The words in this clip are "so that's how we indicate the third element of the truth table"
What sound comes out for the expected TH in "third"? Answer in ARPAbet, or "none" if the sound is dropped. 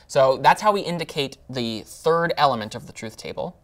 TH